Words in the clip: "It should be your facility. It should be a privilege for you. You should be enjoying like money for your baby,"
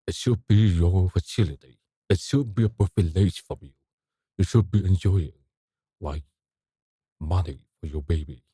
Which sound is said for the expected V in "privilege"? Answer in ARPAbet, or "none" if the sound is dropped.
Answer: F